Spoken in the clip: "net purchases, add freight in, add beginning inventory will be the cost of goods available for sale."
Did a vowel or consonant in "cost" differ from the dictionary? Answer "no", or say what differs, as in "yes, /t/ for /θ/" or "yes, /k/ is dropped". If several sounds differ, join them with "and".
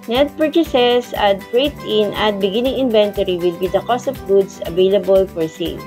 no